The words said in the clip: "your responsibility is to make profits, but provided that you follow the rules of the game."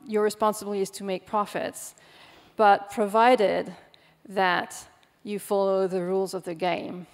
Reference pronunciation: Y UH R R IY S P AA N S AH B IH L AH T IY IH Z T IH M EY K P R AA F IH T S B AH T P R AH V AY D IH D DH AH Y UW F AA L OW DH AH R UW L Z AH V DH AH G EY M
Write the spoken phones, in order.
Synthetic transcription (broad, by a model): Y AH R R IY S P AA N S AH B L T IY IH Z T IH M EY K P R AA F IH T S B AH T P R AH V AY D IH D DH AH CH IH F AA L OW DH AH R UW L Z AH V DH AH G EY M